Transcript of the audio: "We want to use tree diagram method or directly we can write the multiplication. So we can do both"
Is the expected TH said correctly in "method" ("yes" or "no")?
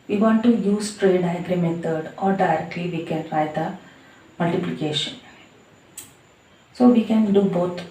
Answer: no